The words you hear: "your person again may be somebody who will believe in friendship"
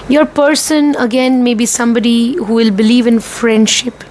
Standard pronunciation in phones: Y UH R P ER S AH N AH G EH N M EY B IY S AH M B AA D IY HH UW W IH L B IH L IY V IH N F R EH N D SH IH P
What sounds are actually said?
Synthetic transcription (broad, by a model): Y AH R P ER S AH N AH G EH N M EY B IY S AH M B AA D IY HH UW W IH L B IH L IY V IH N F R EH N D SH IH P